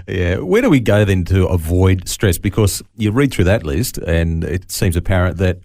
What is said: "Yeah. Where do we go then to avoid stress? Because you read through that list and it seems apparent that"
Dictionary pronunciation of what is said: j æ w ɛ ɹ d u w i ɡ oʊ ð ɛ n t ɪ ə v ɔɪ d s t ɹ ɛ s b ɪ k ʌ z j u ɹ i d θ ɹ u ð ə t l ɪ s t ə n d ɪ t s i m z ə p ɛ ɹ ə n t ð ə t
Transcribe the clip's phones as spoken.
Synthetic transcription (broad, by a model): j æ w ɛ ɹ d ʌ w i ɡ oʊ ð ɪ n t ɪ ə v ɔɪ d s t ɹ ɛ s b ɪ k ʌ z j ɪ ɹ i d θ ɹ u ð ə t l ɪ s t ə n ɪ t s i m z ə p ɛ ɹ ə n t ð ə t